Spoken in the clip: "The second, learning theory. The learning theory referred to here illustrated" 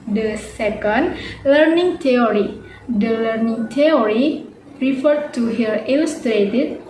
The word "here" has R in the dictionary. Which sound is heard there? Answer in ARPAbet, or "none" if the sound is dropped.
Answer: L